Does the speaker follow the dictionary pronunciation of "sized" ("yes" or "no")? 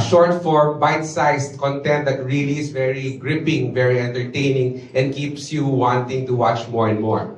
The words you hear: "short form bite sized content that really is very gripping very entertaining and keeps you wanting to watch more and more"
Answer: no